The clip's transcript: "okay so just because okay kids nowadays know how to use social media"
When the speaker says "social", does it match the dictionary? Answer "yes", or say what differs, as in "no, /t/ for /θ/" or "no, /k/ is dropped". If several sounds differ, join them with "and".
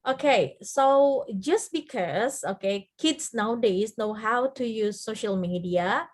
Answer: yes